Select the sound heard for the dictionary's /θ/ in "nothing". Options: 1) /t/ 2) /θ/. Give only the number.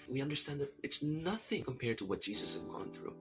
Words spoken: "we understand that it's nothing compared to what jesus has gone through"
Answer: 2